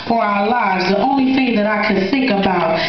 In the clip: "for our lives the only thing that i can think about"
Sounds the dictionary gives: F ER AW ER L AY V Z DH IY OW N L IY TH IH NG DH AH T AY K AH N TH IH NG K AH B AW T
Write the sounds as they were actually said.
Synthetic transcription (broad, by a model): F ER AW ER L AY V Z DH IY OW N L IY TH IH NG DH AH T AY K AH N TH IH NG K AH B AW T